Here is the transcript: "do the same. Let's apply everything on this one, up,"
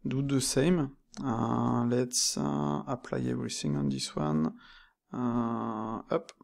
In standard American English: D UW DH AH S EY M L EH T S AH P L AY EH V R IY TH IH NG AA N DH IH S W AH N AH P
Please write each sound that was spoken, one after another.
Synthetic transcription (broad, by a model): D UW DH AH S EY M L EH T S AH P L AY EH V R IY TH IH NG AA N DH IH S W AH N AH P